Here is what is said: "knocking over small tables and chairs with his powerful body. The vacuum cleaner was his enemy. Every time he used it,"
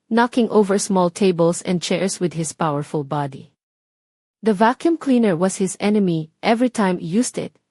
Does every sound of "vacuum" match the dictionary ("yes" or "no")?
yes